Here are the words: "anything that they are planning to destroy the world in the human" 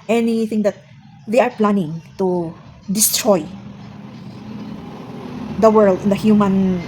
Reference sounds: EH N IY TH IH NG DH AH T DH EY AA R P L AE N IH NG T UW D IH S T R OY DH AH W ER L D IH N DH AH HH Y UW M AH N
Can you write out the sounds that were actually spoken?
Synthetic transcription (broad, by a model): EH N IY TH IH NG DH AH T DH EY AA R P L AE N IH NG T UW D IH S T R OY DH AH W ER L D IH N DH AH HH Y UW M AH N